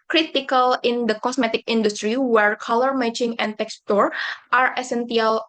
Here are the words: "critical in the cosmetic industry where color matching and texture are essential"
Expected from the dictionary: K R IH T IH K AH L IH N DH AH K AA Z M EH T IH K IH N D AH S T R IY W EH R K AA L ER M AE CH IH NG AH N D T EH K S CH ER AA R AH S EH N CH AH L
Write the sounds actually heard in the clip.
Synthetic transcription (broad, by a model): K R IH T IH K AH L IH N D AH K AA S M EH T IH K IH N D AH S T R IY W EH R K AA L ER M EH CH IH NG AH N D T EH K S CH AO AA R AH S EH N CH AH L